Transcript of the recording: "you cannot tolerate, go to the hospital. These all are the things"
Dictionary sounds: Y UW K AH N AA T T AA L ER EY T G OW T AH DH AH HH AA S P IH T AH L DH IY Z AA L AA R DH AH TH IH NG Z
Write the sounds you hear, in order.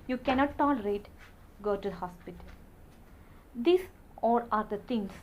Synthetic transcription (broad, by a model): Y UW K AH N AA T T AA L ER EY T G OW T AH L HH AA S P IH T AH L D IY S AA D AA R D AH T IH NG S